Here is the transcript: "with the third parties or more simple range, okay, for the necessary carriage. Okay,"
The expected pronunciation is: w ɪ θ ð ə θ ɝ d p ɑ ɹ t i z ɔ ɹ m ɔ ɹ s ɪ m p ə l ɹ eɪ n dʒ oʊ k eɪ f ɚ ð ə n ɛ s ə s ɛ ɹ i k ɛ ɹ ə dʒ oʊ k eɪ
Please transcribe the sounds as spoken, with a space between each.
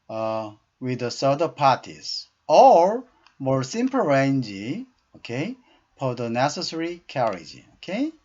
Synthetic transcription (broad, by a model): w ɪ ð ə s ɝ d p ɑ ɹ t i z ɔ ɹ m ɔ ɹ s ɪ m p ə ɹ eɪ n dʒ oʊ k eɪ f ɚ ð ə n ɛ s ə s ɛ ɹ i k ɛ ɹ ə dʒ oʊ k eɪ